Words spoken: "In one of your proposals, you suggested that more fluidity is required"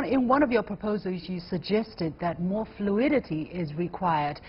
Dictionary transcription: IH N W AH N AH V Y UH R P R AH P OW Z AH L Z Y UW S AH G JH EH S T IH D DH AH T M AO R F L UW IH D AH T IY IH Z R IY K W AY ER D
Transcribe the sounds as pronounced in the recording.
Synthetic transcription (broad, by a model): IH N W AH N AH V Y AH R P R AH P OW Z AH L Z Y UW S AH G JH EH S T IH D DH AH T M AO R F L UW IH D AH T IY IH Z R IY K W AY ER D